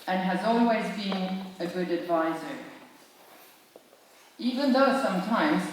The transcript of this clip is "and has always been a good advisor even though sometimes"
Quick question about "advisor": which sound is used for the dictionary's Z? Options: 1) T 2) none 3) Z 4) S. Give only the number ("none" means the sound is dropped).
3